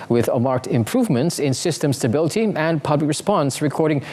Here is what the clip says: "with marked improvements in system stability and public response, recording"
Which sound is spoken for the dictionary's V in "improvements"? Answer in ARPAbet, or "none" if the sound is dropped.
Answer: V